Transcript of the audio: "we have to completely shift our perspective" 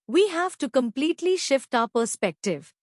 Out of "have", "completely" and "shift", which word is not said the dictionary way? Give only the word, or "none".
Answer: none